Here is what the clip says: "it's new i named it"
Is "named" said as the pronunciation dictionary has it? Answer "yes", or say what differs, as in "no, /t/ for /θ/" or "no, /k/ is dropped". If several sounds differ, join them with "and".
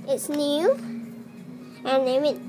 no, /d/ is dropped